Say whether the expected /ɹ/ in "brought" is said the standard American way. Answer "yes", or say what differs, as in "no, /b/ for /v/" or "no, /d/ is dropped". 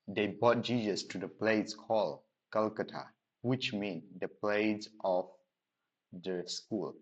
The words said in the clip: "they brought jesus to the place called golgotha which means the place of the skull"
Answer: no, /ɹ/ is dropped